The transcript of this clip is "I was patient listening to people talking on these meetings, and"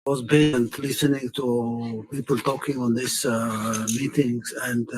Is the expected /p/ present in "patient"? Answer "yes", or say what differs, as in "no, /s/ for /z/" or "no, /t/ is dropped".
no, /b/ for /p/